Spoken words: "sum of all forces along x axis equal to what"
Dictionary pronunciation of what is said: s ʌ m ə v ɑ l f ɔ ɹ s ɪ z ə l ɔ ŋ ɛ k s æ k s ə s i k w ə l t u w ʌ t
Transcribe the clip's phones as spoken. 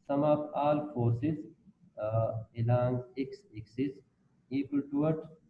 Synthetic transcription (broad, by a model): s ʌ m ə p ɑ l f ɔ ɹ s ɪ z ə l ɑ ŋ ɛ k s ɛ k s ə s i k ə l t u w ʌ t